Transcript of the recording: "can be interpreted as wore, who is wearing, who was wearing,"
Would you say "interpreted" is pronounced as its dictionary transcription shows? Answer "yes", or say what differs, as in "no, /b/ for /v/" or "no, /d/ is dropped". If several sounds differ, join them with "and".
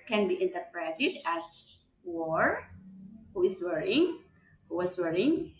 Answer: yes